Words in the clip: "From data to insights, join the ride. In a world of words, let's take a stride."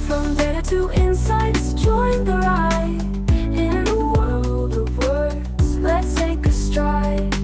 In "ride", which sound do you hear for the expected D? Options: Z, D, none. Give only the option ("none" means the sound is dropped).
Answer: none